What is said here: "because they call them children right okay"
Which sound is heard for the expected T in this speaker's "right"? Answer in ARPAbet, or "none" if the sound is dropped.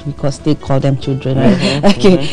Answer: none